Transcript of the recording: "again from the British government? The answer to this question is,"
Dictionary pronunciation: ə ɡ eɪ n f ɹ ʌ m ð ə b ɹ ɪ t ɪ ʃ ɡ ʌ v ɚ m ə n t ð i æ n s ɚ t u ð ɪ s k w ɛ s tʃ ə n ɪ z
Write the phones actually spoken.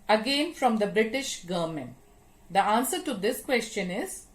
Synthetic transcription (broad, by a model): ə ɡ eɪ n f ɹ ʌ m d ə b ɹ ɪ t ɪ ʃ ɡ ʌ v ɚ m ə n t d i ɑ n s ɚ t u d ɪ s k w ɛ s tʃ ə n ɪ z